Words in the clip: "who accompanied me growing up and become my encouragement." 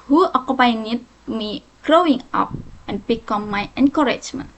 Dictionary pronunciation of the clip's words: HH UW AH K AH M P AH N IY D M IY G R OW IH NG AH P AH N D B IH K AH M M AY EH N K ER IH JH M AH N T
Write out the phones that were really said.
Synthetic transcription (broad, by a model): HH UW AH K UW P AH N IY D M IY G R OW IH NG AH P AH N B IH K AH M M AY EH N K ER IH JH M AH N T